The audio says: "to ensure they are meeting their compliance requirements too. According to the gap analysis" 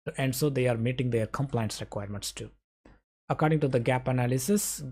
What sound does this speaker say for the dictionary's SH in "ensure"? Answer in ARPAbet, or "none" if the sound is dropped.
S